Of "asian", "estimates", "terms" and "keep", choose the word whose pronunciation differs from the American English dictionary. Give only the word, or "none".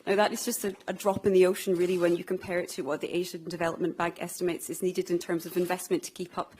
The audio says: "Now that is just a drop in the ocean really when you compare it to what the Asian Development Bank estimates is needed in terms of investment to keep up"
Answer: none